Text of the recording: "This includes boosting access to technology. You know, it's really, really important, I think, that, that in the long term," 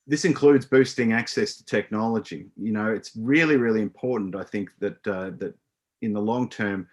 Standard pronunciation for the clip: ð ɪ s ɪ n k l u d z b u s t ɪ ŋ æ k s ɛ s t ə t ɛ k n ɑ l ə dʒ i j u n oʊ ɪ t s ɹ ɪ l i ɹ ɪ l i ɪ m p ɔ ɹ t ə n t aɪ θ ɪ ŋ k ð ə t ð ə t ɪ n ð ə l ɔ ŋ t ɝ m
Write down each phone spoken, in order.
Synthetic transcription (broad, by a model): ð ɪ s ɪ n k l u d z b u s t ɪ ŋ æ k s ɛ s t ə t ɛ k n ɑ l ə dʒ i j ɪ n oʊ ɪ t s ɹ ɪ l i ɹ ɪ l i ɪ m p ɔ ɹ t n t aɪ θ ɪ ŋ k ð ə t ð ə t ɪ n ð ə l ɔ ŋ t ɝ m